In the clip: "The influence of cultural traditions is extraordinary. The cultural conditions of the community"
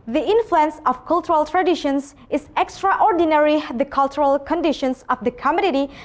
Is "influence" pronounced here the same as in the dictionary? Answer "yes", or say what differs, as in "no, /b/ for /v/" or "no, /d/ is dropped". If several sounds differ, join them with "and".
yes